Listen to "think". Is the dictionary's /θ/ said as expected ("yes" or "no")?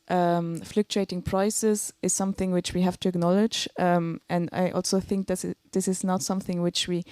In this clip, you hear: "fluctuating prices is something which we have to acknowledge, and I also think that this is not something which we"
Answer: yes